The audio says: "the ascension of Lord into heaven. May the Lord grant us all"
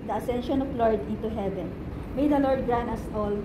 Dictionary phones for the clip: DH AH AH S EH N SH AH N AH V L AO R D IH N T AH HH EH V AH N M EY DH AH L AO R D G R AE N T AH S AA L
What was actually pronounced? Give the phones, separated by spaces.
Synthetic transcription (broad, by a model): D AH AH S EH N SH AH N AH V L AO R D IH N T AH HH EH V AH N M EY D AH L AO R D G R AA N AH S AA L